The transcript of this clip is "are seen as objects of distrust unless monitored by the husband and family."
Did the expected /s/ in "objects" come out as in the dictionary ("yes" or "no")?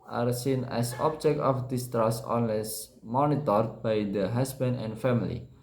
no